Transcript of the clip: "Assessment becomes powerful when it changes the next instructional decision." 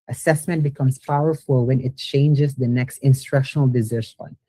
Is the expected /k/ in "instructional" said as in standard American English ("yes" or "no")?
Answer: yes